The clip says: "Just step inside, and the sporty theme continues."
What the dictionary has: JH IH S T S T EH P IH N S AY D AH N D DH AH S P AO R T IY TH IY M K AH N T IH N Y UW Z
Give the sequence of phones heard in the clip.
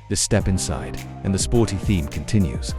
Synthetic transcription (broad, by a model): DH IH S S T EH P IH N S AY D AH N DH AH S P AO R T IY TH IY M K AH N T IH N Y UW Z